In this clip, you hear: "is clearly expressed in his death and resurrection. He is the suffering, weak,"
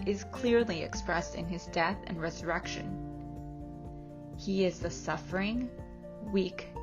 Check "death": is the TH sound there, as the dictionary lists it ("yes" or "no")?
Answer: yes